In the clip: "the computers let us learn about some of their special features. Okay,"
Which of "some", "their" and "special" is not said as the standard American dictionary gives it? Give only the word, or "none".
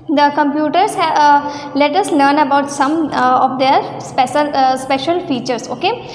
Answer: their